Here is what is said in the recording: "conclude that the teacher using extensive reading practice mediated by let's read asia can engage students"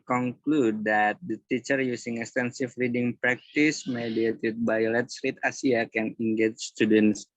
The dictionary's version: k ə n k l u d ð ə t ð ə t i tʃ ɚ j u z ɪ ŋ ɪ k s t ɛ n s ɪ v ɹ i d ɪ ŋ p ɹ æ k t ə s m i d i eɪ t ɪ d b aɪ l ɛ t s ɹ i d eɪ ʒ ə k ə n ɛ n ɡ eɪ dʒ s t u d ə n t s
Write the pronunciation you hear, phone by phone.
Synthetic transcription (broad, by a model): k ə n k l u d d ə t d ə t i tʃ ɚ j u s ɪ ŋ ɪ k s t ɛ n s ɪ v ɹ i d ɪ ŋ p ɹ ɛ k t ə s m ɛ d i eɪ t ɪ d b aɪ l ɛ t s ɹ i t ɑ s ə k ə n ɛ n ɡ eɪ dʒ s t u d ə n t s